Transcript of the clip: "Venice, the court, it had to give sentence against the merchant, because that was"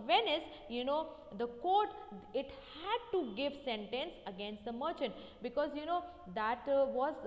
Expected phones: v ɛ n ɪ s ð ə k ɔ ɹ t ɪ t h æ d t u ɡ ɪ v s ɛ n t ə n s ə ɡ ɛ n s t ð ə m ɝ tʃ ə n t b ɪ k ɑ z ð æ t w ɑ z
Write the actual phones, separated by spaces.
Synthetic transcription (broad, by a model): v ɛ n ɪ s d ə k ɔ ɹ t ɪ t h æ d t u ɡ ɪ v s ɛ n t ə n s ə ɡ ɛ n s t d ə m ɝ tʃ ə n t b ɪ k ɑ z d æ t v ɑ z